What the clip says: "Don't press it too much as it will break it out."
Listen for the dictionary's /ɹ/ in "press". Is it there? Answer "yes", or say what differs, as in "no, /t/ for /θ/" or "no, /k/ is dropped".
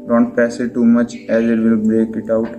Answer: no, /ɹ/ is dropped